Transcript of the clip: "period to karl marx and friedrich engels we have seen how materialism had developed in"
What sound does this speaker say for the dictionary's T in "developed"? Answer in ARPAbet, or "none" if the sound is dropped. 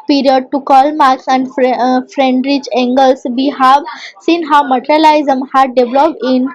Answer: none